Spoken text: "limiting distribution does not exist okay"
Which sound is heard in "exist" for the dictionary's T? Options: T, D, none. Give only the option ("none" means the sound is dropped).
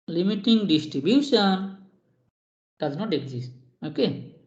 none